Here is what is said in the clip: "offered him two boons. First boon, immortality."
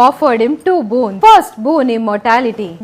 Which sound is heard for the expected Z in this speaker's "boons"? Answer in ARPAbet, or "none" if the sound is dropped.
none